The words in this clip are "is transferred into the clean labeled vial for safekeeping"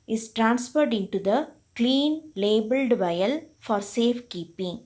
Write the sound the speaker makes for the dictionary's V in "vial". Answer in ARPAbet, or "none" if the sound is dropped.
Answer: V